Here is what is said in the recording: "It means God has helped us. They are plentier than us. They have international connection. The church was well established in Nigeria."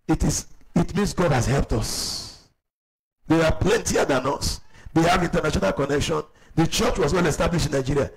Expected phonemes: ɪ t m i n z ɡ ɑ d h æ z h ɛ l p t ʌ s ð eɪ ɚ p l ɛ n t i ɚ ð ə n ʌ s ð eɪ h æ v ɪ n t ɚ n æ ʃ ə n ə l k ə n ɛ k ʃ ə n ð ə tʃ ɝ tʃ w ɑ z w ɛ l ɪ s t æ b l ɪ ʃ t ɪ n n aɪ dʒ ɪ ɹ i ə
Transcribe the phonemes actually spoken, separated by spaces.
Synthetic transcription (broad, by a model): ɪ t m i n s ɡ ɑ d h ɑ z h ɛ l p t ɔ s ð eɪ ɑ p l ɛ n t i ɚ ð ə n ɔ s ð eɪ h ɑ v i n t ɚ n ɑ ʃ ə n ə l k ə n ɛ k ʃ ə n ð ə tʃ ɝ tʃ w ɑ s w ɛ l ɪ s t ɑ b l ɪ ʃ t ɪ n n aɪ dʒ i ɹ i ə